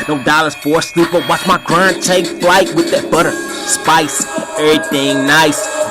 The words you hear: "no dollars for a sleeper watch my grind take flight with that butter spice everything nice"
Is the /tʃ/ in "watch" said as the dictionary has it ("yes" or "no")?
no